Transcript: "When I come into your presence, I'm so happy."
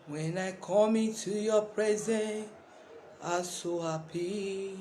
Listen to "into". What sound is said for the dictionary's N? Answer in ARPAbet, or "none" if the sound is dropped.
none